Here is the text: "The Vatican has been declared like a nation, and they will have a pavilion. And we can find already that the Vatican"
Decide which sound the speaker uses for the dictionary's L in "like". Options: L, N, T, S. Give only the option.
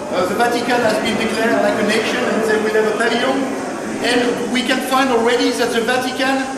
N